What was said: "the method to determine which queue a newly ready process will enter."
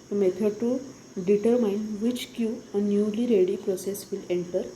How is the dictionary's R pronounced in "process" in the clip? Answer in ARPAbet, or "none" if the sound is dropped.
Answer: R